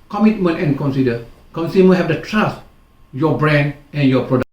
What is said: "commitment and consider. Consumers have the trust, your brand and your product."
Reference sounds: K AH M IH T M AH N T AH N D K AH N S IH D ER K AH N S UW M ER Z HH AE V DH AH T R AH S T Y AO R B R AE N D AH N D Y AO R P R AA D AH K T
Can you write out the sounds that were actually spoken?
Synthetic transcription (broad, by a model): K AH M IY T M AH N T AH N K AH N S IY D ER K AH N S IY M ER HH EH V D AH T R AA S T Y AO B R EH N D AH N Y AO P R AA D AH